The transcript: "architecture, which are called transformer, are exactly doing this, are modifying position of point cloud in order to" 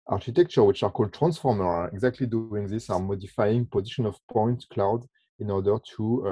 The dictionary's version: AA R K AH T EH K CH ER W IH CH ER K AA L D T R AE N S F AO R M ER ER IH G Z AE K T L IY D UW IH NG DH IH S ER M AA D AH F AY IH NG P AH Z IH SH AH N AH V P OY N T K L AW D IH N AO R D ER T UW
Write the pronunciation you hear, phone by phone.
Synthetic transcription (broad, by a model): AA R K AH T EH K CH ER W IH CH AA K AA L D T R AE N S F AO R M ER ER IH G Z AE K T L IY D UW IH NG DH IH S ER M AA D AH F AY IH NG P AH Z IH SH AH N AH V P OY N T K L AW D IH N AO R D ER T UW